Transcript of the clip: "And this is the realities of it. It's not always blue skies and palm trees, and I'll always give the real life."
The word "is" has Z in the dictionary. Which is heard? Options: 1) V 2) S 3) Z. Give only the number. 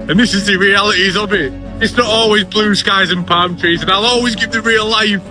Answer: 3